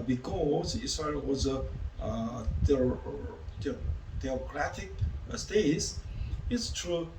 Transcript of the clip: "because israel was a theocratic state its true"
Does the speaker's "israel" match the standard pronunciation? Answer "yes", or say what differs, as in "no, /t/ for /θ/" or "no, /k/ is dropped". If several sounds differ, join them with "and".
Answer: no, /s/ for /z/